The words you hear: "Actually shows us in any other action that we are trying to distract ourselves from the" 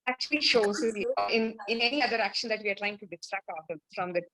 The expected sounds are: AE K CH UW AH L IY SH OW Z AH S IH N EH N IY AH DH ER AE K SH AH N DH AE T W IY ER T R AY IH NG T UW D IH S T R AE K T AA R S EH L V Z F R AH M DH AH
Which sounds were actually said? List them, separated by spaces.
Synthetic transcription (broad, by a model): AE K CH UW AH L IY SH OW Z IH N IH N EH N IY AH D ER AE K SH AH N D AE T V IY ER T L AY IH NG T UW D IH S T R AE K T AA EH F R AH M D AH